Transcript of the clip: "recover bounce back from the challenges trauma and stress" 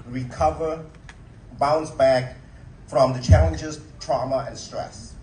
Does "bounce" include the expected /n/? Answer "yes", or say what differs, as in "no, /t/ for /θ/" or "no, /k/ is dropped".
yes